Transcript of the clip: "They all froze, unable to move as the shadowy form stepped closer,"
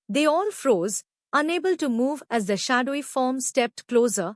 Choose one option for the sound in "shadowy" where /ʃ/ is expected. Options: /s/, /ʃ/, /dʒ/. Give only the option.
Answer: /ʃ/